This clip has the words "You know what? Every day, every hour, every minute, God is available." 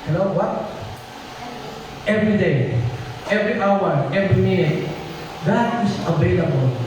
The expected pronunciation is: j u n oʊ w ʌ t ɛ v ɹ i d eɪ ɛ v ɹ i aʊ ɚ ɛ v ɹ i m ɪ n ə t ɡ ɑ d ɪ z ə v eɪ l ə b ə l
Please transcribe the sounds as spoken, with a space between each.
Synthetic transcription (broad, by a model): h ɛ l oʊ w ʌ t ɛ v ɹ i d eɪ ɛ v ɹ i aʊ ɚ ɛ v ɹ i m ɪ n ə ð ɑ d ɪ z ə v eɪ l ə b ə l